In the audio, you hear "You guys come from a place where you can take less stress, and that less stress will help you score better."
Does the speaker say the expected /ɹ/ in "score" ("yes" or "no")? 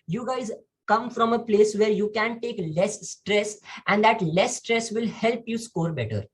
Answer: yes